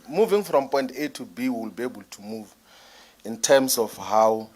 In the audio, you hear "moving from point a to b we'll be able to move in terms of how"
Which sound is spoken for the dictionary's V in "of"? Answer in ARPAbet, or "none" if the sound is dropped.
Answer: F